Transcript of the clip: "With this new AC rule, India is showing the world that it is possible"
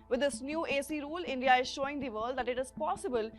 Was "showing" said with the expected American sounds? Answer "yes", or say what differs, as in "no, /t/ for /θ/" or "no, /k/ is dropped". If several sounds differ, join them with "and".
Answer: yes